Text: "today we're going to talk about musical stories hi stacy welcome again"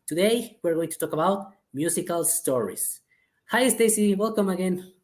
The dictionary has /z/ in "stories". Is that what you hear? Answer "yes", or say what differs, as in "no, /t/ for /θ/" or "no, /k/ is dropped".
no, /s/ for /z/